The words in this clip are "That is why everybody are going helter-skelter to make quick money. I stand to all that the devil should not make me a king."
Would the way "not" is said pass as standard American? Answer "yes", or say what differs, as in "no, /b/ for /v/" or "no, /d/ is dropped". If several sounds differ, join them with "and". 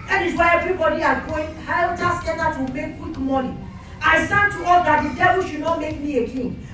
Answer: yes